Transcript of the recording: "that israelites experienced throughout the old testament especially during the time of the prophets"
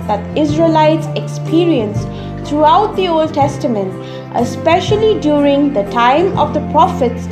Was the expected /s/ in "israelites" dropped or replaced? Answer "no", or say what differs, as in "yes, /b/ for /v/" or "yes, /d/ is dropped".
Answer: no